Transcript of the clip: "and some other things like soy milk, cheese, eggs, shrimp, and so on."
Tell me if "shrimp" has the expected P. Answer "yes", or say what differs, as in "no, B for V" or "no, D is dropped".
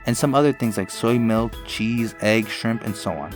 yes